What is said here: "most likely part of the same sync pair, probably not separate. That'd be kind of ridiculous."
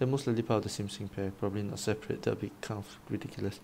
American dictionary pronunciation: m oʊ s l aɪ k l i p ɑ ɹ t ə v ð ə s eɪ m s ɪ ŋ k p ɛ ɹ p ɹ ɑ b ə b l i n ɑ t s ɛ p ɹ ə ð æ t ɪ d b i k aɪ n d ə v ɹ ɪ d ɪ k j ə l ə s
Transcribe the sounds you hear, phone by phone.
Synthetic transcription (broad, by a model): m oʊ s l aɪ l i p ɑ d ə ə s eɪ m s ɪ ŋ p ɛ p ɹ ɑ b ə b l i n ɑ t s ɛ p ɹ ə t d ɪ b i k aɪ n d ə f ɹ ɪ d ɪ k j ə l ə s